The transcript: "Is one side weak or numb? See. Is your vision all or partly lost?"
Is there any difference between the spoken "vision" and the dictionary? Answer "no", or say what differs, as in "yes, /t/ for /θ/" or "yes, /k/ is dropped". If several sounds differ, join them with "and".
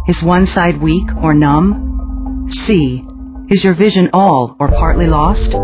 no